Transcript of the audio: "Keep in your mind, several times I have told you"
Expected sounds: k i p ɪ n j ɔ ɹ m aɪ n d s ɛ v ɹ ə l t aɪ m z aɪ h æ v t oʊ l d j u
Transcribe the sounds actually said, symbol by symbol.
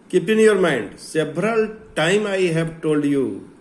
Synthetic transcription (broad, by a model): k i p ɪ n j ɔ ɹ m aɪ n d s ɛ b ɹ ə l t aɪ m aɪ h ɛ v t oʊ l d j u